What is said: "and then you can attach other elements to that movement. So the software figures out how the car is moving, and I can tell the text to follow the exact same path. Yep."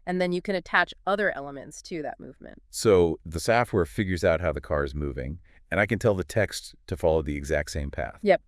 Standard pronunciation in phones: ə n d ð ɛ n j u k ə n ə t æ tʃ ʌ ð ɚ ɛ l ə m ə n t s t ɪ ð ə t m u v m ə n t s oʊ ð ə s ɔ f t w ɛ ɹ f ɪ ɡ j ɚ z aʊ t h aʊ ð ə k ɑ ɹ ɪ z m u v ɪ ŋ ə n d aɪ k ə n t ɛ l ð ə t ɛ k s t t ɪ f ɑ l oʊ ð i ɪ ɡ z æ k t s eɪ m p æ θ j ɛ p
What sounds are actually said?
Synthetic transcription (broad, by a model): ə n ð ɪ n j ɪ k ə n ə t æ tʃ ʌ ð ɚ ɛ l ə m ə n t s t ɪ ð ə t m u v m ə n t s oʊ ð ə s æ f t w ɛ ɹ f ɪ ɡ j ɚ z aʊ t h aʊ ð ə k ɑ ɹ ɪ z m u v ɪ ŋ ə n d aɪ k ə n t ɛ l ð ə t ɛ k s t t ɪ f ɑ l oʊ ð i ɪ ɡ z æ k t s eɪ m p æ θ j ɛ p